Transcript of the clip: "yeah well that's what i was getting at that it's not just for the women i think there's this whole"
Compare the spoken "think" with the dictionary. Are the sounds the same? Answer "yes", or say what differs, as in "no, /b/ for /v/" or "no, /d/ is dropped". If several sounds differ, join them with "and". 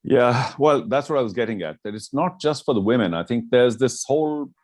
yes